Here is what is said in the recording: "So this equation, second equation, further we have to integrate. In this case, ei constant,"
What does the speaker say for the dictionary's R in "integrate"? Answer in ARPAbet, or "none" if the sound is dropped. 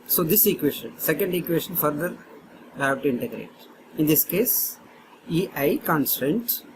R